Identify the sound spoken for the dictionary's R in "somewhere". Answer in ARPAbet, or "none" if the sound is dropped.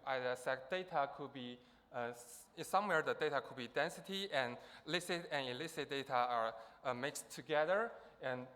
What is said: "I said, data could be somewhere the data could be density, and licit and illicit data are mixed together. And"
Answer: R